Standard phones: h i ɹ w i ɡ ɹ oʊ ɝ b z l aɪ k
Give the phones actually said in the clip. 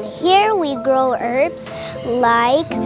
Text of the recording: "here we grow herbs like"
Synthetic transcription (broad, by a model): h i ɹ w i ɡ ɹ oʊ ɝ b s l aɪ k